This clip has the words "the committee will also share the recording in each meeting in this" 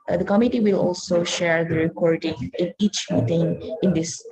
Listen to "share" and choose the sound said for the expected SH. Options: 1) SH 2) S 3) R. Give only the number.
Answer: 1